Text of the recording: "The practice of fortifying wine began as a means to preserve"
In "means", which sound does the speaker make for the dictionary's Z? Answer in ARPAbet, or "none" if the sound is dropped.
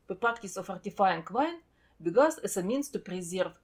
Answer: S